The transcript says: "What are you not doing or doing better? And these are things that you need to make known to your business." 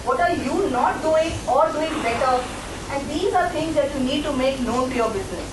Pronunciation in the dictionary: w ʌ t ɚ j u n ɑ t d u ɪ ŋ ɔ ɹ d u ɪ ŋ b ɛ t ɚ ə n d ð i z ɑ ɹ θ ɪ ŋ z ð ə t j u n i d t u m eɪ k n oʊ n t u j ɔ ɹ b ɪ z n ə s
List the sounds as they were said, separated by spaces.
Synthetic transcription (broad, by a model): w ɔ t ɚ j u n ɑ t d u ɪ ŋ ɔ ɹ d u ɪ ŋ b ɛ t ɚ ə n d i z ɑ ɹ t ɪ ŋ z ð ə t j u n i d t u m eɪ k n oʊ n t u j ɔ ɹ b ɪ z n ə s